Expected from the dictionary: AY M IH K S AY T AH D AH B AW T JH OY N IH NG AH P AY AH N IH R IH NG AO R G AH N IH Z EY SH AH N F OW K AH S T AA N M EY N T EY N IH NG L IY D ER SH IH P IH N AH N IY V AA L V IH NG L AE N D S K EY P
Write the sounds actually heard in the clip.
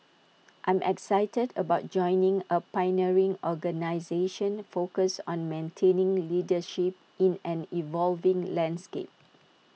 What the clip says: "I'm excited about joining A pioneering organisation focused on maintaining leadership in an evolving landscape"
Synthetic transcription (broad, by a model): AY M IH K S AY T AH D AH B AW T JH OY N IH NG AH P AY N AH R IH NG AO G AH N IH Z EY SH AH N F OW K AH S AA N M EY N T EY N IH NG L IY D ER SH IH P IH N AH N IY V AA L V IH NG L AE N D S K EY P